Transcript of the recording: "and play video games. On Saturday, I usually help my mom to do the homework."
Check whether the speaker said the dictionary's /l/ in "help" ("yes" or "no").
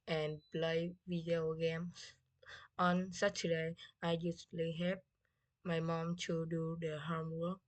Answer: no